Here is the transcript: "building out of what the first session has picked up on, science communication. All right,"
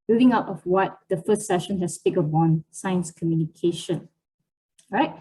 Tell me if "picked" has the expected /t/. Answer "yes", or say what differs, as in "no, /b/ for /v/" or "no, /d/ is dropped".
no, /t/ is dropped